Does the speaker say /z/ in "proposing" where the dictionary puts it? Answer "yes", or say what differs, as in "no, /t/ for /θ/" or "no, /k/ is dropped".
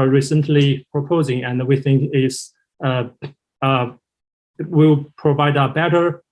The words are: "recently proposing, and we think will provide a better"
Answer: yes